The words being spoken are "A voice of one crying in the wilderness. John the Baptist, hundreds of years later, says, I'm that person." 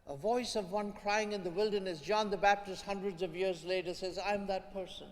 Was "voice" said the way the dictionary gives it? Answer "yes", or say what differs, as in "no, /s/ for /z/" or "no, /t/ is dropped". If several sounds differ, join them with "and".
yes